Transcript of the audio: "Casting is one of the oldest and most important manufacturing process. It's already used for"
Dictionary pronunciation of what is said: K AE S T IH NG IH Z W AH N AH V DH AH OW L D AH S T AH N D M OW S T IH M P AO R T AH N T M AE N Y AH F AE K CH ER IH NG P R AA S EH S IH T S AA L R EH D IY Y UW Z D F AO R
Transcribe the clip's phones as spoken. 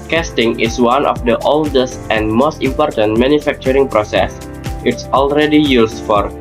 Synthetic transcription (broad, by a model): K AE S T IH NG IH S W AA N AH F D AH OW L D AH S T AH N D M OW S T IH M P AO R T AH N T M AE N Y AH F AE K CH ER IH NG P R AA S EH S IH T S AA L R EH D IY Y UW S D F AO R